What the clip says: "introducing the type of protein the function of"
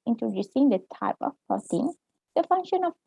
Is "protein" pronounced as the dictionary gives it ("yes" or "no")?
no